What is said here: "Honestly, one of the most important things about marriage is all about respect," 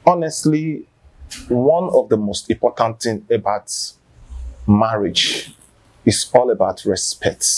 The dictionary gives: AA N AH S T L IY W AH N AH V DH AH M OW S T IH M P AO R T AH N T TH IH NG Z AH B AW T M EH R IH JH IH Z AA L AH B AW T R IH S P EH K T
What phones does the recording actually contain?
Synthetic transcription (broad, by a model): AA N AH S T L IY W AH N AH V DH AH M OW S T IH M P AO T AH N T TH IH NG AH B AW T M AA R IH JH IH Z AA L AH B AW T R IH S P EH K T